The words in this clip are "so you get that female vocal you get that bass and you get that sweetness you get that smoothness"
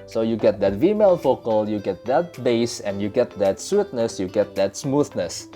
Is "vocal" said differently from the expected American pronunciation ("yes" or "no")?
yes